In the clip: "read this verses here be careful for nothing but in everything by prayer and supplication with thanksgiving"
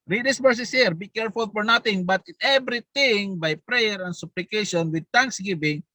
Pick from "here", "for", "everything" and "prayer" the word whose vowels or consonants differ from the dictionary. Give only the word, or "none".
everything